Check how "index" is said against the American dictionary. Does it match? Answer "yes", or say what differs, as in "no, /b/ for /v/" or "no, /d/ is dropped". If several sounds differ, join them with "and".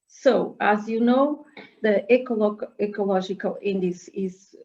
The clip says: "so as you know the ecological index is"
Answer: no, /k/ is dropped